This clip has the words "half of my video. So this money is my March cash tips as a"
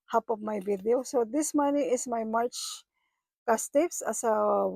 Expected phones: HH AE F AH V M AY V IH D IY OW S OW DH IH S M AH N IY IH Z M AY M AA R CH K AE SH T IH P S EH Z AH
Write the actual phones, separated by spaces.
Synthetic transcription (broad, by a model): HH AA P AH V M AY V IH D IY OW S OW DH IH S M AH N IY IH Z M AY M AA R CH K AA S T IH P S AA S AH